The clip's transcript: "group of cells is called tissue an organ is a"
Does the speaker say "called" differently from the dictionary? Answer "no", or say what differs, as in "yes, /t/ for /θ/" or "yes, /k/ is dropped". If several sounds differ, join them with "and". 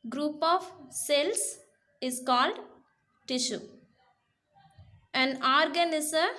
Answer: no